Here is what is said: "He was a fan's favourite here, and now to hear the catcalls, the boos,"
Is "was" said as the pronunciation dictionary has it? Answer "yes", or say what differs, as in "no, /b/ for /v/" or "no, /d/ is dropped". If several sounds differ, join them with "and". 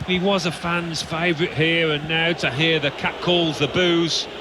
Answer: yes